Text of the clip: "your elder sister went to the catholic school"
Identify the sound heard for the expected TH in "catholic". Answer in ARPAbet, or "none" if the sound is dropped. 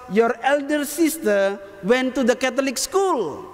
T